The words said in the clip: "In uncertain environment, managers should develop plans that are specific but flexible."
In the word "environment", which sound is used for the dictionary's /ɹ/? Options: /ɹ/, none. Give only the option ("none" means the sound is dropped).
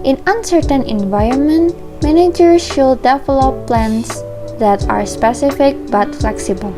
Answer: /ɹ/